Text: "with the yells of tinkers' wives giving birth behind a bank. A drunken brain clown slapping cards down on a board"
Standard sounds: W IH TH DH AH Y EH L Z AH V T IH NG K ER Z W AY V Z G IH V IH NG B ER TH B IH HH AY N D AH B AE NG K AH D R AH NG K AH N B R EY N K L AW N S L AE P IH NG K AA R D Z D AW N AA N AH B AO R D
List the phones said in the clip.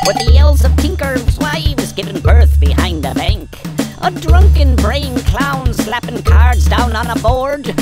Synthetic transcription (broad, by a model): W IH DH AH Y EH L Z AH V T IH NG K ER Z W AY W Z G IH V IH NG B ER TH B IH HH AY N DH AH B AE NG K AH D R AH NG K AH N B R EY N K L AW N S L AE P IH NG K AA R D Z D AW N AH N AH B AO R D